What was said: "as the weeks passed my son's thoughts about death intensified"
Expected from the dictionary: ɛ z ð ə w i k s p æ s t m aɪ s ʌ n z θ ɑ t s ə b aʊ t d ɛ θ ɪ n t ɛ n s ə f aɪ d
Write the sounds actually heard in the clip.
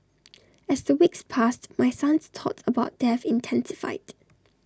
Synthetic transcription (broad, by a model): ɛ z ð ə w i k s p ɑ s t m aɪ s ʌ n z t ɑ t ə b aʊ t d ɛ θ ɪ n t ɛ n s ə f aɪ d